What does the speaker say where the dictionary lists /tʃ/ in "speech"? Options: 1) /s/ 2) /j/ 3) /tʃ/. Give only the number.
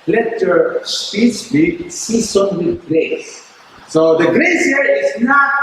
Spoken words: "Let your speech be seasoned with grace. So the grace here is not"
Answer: 1